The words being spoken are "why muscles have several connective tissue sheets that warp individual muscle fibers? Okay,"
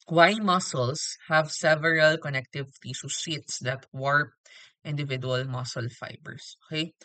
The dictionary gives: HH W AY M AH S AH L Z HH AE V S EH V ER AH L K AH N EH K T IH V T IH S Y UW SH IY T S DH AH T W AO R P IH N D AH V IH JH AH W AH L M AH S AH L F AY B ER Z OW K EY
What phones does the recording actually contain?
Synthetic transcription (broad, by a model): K W AY M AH S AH L S HH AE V S EH V ER AH L K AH N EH K T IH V T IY S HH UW S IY T S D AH T W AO R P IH N D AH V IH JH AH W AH L M AH S AH L F AY B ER S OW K EY